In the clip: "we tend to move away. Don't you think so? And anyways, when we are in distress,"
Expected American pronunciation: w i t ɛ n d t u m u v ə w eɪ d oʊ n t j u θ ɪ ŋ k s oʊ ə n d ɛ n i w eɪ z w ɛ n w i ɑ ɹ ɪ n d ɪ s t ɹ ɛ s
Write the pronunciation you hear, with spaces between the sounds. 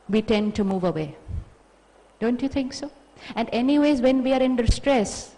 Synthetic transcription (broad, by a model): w i t ɛ n d t u m u v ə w eɪ d oʊ n t j u t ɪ ŋ k s oʊ ə n d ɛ n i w eɪ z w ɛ n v i ɑ ɹ ɪ n d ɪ s t ɹ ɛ s